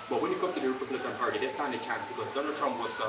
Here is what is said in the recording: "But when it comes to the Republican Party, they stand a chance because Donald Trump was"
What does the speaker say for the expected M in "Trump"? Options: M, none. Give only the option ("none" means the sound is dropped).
M